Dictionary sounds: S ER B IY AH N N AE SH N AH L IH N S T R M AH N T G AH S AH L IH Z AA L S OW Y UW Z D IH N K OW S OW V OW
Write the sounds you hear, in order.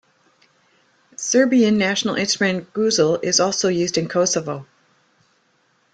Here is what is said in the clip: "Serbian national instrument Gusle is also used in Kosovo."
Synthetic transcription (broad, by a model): S ER B IY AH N N AE SH N L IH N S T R AH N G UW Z L IH Z AA L S OW Y UW Z D IH N K OW S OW V OW